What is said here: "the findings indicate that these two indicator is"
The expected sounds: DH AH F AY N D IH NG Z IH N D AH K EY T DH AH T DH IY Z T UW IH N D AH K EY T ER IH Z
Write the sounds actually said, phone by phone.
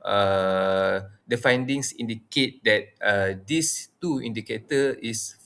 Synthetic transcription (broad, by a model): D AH F AY N D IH NG S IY N D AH K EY T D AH T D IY S T UW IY N D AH K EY T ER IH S